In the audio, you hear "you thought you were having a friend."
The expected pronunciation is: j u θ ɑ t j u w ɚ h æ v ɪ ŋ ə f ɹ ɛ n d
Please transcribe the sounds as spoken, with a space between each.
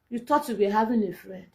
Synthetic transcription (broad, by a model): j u t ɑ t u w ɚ h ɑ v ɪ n ə f ɹ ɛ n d